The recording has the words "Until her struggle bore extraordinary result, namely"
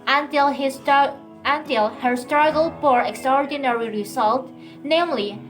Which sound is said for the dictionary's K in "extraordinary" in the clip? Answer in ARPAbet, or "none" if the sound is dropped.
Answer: K